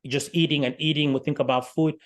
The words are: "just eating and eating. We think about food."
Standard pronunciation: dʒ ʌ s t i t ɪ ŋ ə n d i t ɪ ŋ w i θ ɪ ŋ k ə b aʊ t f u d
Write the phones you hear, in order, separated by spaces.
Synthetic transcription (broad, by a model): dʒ ʌ s t i t ɪ ŋ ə n i t ɪ ŋ w i θ ɪ ŋ k ə b aʊ t f u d